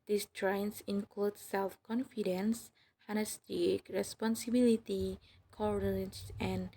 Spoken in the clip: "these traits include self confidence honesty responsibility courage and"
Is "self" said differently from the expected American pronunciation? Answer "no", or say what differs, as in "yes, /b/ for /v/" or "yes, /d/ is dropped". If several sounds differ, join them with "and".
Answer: no